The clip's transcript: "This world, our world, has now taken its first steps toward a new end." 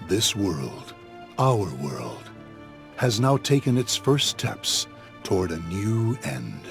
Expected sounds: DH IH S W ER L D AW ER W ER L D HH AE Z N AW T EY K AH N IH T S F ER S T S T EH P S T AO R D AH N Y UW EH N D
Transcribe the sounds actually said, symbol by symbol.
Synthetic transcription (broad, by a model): DH IH S W ER L D AW ER W ER L D HH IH Z N AW T EY K AH N IH T S F ER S S T EH P S T AO R D AH N Y UW EH N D